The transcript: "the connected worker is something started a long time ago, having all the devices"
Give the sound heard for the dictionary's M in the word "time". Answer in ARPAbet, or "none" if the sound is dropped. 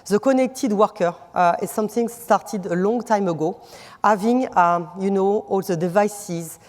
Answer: M